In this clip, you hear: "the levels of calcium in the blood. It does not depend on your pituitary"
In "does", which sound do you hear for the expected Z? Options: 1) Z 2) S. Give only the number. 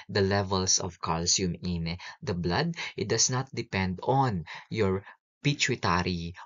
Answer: 2